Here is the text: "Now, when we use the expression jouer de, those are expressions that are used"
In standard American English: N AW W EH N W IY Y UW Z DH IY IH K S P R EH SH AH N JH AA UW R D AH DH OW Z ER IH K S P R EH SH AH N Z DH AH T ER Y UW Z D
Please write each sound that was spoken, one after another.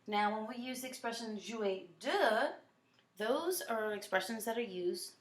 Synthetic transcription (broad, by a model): N AW W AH N W IY Y UW Z DH IY IH K S P R EH SH AH N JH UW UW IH D AH DH OW Z ER IH K S P R EH SH AH N Z DH AH T ER Y UW Z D